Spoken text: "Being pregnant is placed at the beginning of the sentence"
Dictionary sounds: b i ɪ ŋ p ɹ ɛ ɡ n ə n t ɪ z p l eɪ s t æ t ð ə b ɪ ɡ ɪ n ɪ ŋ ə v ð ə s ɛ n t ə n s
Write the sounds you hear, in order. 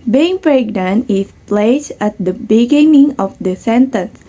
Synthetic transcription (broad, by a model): b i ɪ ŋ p ɹ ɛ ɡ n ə n ɪ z p l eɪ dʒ æ t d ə b ɪ ɡ ɪ n ɪ ŋ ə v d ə s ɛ n t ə n s